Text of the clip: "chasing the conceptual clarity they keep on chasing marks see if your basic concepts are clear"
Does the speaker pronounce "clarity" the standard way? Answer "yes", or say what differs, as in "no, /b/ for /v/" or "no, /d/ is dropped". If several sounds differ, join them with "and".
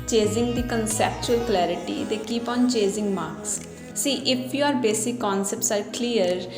yes